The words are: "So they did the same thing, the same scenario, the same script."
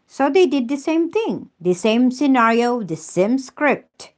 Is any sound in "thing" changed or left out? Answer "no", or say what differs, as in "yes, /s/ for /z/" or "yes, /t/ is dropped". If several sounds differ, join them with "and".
yes, /t/ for /θ/